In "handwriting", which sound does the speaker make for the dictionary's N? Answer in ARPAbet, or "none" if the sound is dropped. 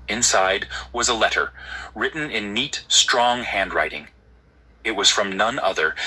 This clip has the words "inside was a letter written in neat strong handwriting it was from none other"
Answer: N